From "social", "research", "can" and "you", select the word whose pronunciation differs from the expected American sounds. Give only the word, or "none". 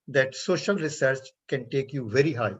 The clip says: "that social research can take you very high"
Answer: none